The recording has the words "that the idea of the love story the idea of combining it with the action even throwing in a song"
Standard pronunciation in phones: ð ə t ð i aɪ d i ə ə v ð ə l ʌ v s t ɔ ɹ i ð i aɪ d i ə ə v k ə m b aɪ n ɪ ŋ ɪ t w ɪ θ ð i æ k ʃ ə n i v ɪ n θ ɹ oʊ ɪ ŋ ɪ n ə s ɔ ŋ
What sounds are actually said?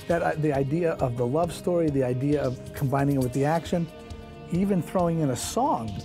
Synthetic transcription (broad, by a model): ð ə t ð i aɪ d i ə ə v ð ə l ʌ v s t ɔ ɹ i ð i aɪ d i ə ə v k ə m b aɪ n ɪ ŋ ɪ t w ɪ ð i æ k ʃ ə n i v ɪ n θ ɹ oʊ ɪ ŋ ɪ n ə s ɔ ŋ